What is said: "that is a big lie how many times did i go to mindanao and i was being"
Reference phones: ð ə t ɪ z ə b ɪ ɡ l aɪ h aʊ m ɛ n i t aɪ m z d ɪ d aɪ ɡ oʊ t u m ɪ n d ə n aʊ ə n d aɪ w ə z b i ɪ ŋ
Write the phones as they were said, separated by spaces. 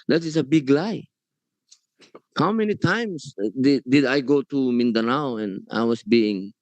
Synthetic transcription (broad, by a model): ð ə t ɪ s ə b ɪ ɡ l aɪ h aʊ m ɛ n i t aɪ m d d ɪ d aɪ ɡ oʊ t u m ɪ n d ə n aʊ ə n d aɪ w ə s b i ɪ ŋ